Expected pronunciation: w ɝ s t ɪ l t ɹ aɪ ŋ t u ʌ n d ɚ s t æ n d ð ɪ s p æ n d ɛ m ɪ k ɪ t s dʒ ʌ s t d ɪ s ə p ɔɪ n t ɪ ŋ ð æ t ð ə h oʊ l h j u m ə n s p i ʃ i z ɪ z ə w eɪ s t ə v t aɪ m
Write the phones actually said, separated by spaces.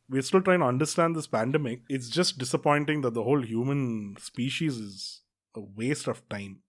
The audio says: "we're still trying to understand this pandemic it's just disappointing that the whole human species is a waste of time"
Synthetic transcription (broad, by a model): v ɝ s t ɪ l t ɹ aɪ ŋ t u ʌ n d ɚ s t æ n d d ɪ s p æ n d ɛ m ɪ k ɪ t s dʒ ʌ s t d ɪ s ə p ɔɪ n t ɪ ŋ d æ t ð ə h oʊ l h j u m ə n s p i ʃ i z ɪ z ə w eɪ s t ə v t aɪ m